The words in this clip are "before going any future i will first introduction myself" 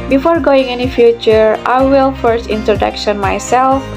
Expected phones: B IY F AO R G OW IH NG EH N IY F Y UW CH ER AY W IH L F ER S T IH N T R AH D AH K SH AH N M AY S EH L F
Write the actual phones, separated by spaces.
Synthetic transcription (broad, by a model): B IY F AO R G OW IH NG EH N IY F Y UW CH ER AY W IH L F ER S T IH N T R AH D AH K SH AH N M AY S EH L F